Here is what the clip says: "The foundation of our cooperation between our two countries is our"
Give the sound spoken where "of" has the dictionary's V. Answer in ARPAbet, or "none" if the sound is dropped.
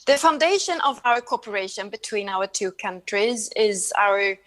V